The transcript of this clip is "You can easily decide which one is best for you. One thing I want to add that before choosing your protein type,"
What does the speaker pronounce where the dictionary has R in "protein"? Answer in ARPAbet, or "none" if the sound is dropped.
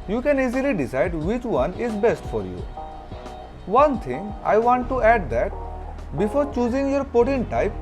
none